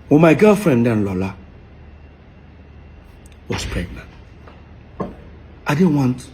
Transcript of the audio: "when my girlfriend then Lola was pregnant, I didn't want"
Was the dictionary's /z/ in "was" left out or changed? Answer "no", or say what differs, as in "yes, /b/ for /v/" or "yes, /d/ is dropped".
yes, /s/ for /z/